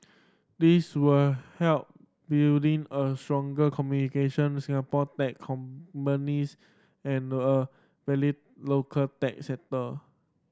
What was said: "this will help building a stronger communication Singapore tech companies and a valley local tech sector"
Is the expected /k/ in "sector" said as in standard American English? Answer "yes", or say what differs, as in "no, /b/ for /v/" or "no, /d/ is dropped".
no, /k/ is dropped